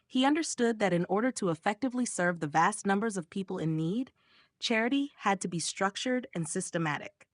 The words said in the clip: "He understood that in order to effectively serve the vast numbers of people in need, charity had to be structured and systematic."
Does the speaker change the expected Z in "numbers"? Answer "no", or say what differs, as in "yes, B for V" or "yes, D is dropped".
no